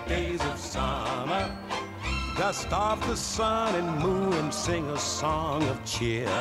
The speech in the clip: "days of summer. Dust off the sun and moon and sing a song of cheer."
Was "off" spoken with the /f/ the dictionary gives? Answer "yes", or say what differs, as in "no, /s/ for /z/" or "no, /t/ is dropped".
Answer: no, /p/ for /f/